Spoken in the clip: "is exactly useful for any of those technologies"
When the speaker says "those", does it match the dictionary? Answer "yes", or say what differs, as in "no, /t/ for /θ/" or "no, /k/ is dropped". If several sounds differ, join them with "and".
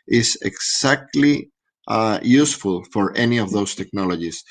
no, /s/ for /z/